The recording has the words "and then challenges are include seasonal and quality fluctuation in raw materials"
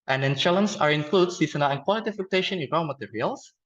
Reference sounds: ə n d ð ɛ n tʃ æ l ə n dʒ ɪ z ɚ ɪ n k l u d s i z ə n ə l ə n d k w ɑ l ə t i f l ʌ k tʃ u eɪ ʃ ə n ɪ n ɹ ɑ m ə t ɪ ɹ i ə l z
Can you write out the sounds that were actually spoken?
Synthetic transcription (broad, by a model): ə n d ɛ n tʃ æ l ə n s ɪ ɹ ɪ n k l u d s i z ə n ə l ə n k w ɑ l ə t i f ʌ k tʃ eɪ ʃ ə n ɪ n ɹ ɑ m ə t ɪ ɹ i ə l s